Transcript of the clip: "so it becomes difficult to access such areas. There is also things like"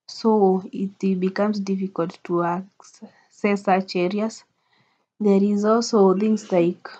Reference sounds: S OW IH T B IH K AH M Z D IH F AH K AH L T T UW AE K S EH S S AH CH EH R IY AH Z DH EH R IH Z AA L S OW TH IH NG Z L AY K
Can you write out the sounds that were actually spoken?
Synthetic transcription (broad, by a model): S OW IH T B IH K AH M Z D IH F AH K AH L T T UW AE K S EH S S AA CH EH R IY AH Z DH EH R IH Z AA L S OW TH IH NG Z L AY K